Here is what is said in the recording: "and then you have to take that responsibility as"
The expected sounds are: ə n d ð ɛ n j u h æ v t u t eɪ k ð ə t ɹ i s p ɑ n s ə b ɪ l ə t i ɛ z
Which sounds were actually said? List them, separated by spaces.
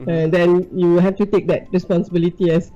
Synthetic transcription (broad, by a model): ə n d ɛ n j u h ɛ f t u t eɪ k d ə t ɹ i s p ɑ n s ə b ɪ l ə t i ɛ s